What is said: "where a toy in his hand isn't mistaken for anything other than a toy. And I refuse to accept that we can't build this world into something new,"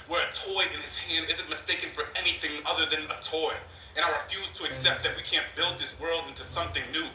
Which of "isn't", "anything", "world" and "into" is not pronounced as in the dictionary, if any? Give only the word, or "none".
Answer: none